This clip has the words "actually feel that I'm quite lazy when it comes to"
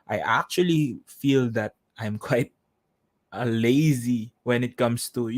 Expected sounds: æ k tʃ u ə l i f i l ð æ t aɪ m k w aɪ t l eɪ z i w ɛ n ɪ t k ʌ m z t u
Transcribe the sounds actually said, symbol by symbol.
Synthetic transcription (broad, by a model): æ k tʃ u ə l i f i l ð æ t aɪ m k w aɪ t l eɪ z i w ɛ n ɪ t k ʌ m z t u